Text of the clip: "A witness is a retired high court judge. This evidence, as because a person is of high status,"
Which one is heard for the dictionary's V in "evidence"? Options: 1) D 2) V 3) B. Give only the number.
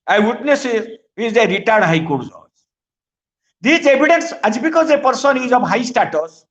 3